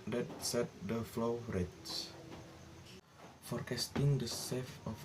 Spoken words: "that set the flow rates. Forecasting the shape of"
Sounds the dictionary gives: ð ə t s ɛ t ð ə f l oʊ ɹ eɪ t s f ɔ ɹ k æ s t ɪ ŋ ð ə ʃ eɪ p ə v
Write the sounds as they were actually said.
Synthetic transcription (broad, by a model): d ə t s ɛ t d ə f l oʊ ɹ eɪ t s f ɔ ɹ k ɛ s t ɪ ŋ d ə s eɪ f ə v